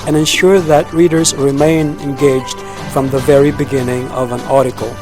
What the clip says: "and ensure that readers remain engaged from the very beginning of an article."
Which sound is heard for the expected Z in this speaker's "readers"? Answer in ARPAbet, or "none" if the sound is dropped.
Z